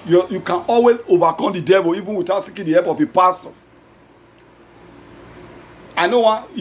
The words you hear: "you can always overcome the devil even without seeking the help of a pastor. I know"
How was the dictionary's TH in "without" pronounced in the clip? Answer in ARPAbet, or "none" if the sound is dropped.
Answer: T